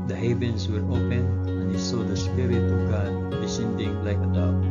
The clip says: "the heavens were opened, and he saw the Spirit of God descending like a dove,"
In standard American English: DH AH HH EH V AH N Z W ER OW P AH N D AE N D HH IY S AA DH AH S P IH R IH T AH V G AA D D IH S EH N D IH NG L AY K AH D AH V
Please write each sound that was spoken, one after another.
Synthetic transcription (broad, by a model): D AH HH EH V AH N S W ER OW P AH N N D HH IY S AA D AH S P IH R IH T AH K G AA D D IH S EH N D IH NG L AY K AH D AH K